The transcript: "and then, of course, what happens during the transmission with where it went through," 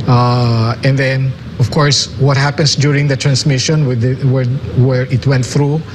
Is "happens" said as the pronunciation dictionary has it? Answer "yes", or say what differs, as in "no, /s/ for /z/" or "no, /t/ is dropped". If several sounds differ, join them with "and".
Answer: no, /s/ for /z/